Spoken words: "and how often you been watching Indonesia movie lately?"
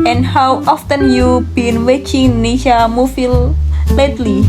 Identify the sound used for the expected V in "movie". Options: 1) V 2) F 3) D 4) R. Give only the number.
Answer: 2